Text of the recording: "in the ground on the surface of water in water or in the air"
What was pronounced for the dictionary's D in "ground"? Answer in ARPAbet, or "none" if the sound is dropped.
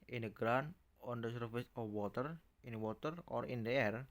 none